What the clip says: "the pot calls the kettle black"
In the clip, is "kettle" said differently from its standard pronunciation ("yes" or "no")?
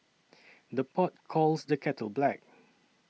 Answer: no